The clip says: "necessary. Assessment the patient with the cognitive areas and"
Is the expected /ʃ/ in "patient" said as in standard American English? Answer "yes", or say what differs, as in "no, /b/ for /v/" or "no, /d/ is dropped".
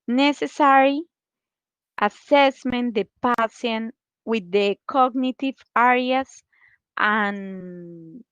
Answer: no, /s/ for /ʃ/